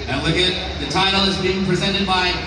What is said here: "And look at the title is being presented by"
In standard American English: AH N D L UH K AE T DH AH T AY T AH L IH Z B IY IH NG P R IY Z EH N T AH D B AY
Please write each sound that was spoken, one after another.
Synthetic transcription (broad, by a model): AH L UH K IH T DH AH T AY T L IH Z B IY IH NG P R IY Z EH N T AH D B AY